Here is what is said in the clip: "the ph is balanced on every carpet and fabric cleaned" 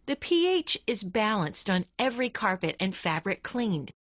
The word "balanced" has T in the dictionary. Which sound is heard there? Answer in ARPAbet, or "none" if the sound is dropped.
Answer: T